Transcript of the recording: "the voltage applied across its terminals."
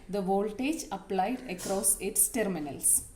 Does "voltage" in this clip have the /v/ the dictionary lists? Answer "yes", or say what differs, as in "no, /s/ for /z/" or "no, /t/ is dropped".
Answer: yes